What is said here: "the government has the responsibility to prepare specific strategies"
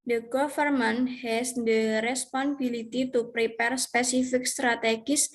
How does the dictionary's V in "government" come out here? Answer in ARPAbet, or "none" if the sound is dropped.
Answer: F